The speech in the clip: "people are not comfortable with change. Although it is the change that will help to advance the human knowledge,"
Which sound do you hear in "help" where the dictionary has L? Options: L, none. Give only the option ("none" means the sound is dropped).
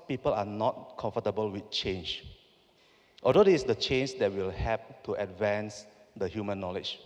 none